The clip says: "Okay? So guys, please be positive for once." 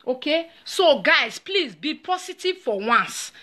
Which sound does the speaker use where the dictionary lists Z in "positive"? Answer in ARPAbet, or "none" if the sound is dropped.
S